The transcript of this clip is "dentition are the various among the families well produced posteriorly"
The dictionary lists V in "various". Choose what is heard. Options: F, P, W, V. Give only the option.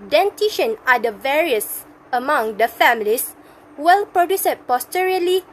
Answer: V